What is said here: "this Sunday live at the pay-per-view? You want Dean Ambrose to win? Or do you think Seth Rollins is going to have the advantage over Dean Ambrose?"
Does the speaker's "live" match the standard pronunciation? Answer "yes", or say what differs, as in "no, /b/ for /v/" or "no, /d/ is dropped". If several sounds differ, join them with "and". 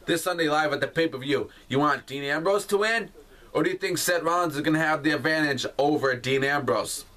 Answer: yes